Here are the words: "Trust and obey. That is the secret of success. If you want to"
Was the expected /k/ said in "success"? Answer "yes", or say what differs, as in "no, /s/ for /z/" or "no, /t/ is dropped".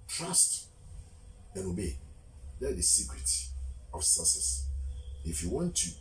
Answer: no, /k/ is dropped